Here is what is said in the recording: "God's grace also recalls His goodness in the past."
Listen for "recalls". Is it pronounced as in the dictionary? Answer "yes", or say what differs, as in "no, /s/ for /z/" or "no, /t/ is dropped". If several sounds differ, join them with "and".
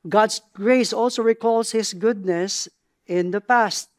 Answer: no, /s/ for /z/